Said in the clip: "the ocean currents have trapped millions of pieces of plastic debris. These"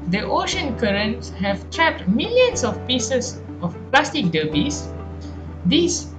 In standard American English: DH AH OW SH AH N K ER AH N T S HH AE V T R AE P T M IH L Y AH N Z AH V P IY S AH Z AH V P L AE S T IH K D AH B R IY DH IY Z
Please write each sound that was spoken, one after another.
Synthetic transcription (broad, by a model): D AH OW SH AH N K ER AH N T S HH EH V T R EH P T M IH L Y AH N S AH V P IY S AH S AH F P L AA S T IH K D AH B IY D IY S